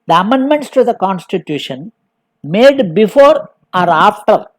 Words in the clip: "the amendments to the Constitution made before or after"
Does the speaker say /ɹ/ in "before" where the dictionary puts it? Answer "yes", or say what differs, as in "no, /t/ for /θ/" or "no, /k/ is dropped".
yes